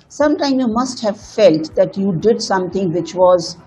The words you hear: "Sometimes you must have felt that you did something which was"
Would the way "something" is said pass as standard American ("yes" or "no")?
no